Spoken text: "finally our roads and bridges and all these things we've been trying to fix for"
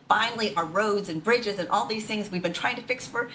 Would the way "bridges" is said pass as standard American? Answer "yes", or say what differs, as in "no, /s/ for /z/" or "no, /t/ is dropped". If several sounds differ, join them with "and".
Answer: yes